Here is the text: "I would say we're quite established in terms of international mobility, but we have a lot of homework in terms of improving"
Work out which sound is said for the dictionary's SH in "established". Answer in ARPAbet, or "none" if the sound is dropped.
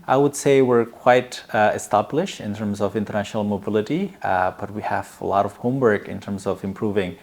SH